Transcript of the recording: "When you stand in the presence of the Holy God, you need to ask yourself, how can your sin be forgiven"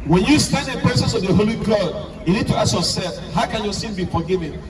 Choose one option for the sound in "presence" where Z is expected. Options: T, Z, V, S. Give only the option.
S